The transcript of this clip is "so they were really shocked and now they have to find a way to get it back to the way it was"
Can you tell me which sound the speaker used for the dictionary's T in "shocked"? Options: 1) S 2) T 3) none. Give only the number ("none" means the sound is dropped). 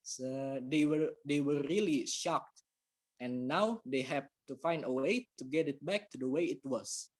2